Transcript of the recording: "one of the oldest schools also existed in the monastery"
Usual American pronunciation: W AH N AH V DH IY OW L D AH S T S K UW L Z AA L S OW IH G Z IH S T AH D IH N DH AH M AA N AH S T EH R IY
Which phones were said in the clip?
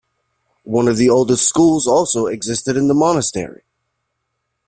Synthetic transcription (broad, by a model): W AH N AH V DH IY OW L D AH S T S K UW L Z AA L S OW IH G Z IH S T AH D IH N DH AH M AA N AH S T EH R IY